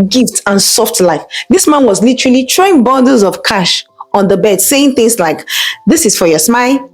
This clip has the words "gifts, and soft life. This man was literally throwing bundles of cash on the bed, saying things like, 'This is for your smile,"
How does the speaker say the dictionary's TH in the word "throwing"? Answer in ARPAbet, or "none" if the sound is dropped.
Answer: T